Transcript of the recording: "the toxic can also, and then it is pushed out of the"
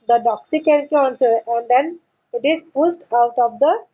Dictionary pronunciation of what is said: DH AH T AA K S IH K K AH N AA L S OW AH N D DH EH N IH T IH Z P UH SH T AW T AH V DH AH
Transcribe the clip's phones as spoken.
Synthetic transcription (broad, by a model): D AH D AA K S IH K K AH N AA N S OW AH N D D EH N IH T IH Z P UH S T AW T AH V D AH